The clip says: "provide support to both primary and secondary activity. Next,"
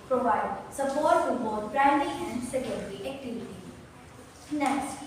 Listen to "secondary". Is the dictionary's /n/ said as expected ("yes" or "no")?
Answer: no